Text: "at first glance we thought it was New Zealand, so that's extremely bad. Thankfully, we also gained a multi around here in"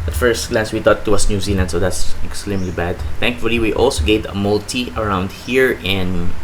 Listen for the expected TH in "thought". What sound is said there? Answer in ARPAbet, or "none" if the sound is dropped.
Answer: T